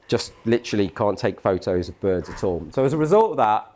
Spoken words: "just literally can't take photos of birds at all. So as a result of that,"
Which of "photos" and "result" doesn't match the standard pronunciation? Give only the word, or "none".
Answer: none